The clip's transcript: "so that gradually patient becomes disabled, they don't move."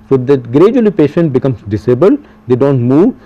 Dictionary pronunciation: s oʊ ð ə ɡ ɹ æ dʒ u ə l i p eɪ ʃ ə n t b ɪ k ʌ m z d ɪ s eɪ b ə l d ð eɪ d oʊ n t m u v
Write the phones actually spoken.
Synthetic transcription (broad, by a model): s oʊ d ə ɡ ɹ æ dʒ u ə l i p eɪ ʃ ə n t b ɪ k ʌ m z d ɪ s eɪ b ə l d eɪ d oʊ n t m u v